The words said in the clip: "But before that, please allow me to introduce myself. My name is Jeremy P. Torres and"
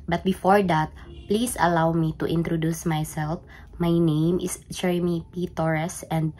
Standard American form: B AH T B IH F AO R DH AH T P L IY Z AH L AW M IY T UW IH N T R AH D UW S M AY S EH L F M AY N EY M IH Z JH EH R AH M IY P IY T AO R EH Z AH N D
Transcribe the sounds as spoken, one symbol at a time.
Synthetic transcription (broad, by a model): B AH T B IH F AO R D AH T P L IY S AH L AW M IY T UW IH N T R AH D UW S M AY S EH L F M AY N EY M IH S JH EH R AH M IY P IY T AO R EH S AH N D